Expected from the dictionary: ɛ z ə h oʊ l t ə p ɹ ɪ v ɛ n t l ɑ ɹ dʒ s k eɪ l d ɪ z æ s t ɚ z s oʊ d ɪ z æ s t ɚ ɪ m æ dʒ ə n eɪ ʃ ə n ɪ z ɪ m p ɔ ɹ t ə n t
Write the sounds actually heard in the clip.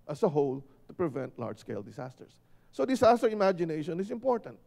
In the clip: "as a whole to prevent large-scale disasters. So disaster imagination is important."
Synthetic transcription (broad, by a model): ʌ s ə h oʊ l t ə p ɹ ɪ v ɛ n t l ɑ ɹ dʒ s k eɪ l d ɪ s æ s t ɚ s oʊ d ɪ s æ s t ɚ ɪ m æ dʒ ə n eɪ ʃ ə n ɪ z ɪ m p ɔ ɹ t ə n t